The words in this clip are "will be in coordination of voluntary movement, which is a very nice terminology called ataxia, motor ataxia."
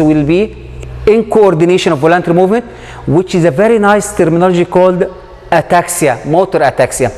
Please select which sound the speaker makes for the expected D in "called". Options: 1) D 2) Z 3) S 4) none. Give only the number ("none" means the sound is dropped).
1